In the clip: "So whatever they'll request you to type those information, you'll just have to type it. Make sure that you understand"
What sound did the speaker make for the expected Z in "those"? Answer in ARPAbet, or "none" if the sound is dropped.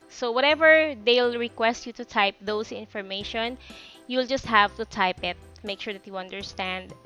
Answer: S